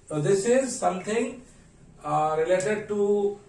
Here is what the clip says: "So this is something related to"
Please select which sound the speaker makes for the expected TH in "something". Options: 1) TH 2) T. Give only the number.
2